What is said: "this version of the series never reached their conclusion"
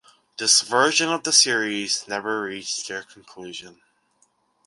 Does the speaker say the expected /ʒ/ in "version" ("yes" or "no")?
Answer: yes